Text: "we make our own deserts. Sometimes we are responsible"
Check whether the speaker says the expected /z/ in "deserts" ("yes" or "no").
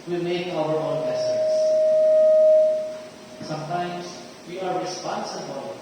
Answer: no